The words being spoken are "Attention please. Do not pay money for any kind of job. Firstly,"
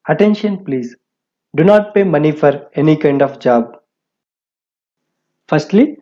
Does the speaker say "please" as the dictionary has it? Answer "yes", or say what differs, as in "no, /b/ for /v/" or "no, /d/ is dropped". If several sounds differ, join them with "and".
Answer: yes